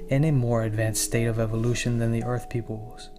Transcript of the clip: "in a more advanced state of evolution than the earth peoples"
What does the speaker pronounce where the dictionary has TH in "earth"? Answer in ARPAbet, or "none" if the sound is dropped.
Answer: TH